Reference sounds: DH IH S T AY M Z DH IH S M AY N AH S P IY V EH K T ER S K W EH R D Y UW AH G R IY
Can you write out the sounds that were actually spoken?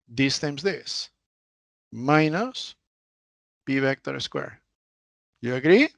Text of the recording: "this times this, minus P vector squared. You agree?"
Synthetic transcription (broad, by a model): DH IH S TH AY M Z DH IH S M AY N AH S B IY B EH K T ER S K W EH R Y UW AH G R IY